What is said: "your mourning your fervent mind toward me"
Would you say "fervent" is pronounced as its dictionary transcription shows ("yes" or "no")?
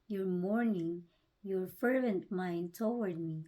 yes